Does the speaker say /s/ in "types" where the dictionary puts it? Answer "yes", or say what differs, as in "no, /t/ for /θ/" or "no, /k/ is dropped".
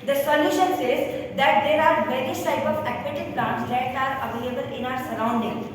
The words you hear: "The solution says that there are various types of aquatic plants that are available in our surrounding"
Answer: no, /s/ is dropped